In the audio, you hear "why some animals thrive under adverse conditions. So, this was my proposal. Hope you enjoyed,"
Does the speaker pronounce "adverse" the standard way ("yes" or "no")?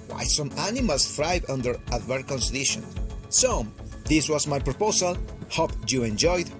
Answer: no